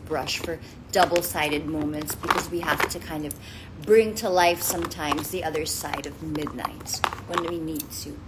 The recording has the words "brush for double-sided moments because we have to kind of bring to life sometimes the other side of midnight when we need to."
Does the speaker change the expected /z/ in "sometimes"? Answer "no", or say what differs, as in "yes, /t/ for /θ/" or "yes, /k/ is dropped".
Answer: no